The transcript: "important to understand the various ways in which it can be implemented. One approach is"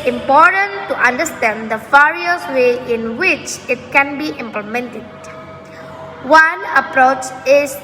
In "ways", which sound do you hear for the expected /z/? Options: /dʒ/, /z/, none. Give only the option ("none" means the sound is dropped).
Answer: none